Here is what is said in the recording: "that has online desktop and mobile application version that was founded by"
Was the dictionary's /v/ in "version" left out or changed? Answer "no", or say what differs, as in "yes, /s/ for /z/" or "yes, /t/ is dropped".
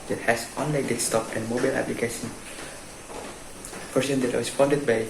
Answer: yes, /p/ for /v/